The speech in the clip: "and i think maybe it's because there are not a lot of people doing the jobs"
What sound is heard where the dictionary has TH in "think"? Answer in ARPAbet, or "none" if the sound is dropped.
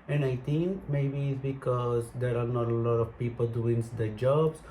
T